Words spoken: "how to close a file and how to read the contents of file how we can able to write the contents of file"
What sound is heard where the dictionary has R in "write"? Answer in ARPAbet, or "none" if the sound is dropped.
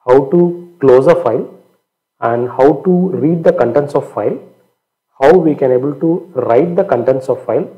R